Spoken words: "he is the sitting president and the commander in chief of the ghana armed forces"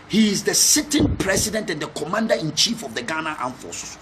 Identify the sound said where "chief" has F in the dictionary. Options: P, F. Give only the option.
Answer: F